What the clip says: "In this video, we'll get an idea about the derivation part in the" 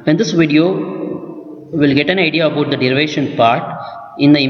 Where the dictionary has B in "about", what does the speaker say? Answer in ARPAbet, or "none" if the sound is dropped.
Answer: none